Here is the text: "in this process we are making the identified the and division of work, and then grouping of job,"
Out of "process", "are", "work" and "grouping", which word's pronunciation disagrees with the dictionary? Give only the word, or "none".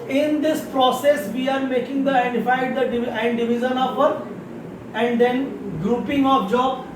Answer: work